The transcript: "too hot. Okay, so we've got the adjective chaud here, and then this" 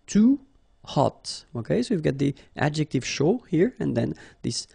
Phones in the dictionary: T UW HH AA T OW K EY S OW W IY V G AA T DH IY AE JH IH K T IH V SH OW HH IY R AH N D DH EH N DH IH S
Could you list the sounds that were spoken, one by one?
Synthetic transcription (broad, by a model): T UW HH AA T OW K EY S OW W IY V G AA T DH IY AE JH IH K T IH V SH OW HH IY R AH N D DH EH N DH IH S